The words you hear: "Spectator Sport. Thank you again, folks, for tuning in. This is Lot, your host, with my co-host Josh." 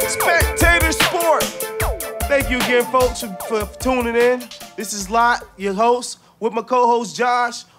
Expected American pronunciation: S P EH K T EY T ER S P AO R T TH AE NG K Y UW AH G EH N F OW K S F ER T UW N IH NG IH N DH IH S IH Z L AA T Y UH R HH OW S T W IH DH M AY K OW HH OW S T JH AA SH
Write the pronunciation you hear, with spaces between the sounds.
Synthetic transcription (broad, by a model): S P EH K T EY T ER S P AO R T TH AE NG K Y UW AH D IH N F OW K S F ER T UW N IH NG IH N DH IH S IH Z L AA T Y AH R HH OW S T W IH DH M AY K OW HH OW S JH AA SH